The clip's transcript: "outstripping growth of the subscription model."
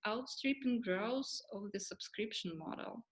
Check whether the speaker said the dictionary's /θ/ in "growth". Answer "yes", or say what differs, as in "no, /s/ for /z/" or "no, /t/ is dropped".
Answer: no, /s/ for /θ/